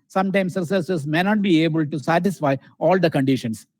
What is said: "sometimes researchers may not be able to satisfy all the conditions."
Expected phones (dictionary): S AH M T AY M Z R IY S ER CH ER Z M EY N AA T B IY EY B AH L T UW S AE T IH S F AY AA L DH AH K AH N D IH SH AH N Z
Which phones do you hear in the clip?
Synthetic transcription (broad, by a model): S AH M T AY M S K S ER S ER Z M EY N AA T B IY EY B AH L T UW S AE T IH S F AY AA L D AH K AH N D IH SH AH N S